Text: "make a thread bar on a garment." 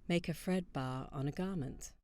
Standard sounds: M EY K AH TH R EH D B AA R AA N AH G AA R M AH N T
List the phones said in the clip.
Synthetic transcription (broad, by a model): M EY K AH F R EH D B AA R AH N AH G AA M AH N T